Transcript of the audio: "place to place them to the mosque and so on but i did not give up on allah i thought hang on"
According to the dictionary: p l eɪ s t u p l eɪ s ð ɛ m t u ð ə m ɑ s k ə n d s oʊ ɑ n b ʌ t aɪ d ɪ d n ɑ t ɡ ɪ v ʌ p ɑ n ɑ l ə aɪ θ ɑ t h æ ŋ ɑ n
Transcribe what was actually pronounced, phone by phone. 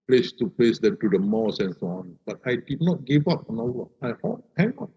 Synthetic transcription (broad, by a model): p l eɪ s t u p l eɪ s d ɛ m t u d ə m ɑ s ə n s oʊ ɑ n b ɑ t aɪ d ɪ d n ɑ t ɡ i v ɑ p ɑ n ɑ w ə aɪ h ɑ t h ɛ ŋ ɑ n